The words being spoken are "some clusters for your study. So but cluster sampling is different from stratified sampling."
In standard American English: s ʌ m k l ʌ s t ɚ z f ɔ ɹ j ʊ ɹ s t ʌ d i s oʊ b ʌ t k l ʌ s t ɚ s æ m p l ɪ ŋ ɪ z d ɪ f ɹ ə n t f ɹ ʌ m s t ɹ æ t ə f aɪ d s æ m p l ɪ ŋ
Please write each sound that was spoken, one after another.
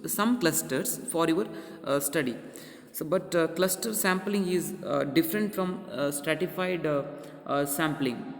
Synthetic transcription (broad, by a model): s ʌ m k l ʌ s t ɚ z f ɔ ɹ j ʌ ɹ s t ʌ d i s oʊ b ʌ t k l ʌ s t ɚ s æ m p l ɪ ŋ ɪ z d ɪ f ɹ ə n t f ɹ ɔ m s t ɹ æ t ə f aɪ d s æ m p l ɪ ŋ